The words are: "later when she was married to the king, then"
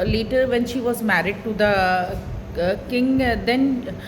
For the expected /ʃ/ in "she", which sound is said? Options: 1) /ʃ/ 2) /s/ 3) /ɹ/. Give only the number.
1